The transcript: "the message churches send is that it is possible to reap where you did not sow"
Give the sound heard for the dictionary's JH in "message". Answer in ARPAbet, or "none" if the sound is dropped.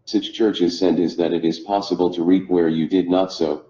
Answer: CH